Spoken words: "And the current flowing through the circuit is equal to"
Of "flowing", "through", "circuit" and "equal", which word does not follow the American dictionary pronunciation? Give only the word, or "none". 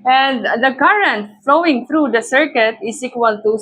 through